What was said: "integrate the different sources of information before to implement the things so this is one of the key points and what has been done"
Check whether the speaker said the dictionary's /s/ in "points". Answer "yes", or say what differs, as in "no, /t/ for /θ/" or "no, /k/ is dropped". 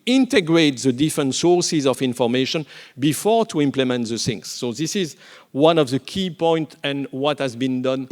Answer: no, /s/ is dropped